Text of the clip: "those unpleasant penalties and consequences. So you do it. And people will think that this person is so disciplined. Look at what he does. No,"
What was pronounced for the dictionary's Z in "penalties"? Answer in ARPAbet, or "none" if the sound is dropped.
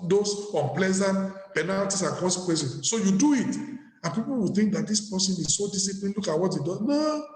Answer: S